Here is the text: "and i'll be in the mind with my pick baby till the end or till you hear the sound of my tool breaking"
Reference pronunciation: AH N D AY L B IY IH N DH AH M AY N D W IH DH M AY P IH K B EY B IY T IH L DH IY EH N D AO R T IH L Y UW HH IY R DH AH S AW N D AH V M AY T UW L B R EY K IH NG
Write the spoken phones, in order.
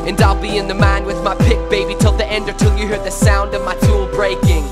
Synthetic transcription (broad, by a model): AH N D AY L B IY IH N DH AH M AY N W IH DH M AY P IH K B EY B IY T IH L DH IY EH N D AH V T IH L Y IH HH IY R DH AH S AW N D AH V M AY T UW L B R EY K IH NG